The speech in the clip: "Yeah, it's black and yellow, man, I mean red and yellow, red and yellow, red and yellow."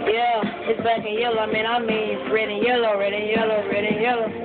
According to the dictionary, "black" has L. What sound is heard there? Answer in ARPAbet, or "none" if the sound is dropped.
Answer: none